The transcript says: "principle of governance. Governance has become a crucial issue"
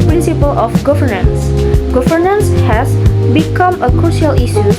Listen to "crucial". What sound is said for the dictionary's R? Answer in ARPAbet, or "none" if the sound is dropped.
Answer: R